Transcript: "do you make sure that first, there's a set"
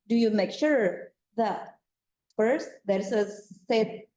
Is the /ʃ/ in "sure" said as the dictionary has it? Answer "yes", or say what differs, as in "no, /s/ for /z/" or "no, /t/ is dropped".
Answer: yes